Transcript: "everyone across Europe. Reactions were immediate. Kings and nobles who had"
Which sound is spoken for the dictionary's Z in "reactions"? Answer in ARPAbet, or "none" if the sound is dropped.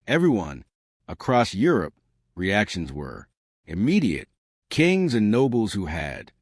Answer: Z